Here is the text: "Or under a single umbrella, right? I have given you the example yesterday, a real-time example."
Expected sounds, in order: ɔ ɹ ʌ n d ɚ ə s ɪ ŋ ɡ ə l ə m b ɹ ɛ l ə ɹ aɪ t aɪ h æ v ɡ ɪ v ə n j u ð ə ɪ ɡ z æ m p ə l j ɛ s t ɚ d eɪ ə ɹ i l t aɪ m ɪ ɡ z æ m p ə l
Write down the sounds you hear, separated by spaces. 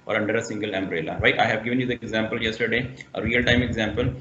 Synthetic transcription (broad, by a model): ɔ ɹ ʌ n d ɚ ə s ɪ ŋ ɡ ə l ə m b ɹ ɛ l ə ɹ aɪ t aɪ h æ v ɡ ɪ v ə n j u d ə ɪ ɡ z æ m p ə l j ɛ s t ɚ d eɪ ə ɹ i l t aɪ m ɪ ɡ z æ m p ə l